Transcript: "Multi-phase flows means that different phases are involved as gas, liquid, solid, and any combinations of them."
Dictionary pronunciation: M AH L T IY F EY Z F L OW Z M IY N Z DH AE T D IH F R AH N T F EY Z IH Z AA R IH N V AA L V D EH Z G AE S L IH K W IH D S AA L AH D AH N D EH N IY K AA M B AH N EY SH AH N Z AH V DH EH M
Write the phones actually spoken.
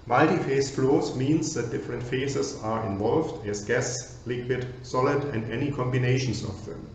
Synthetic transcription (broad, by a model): M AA L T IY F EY S F L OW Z M IY N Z DH AE T D IH F R AH N T F EY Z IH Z AA R IH N V AA L V D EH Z G AE S L IH K W IH D S AA L AH D AH N D EH N IY K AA M B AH N EY SH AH N S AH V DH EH M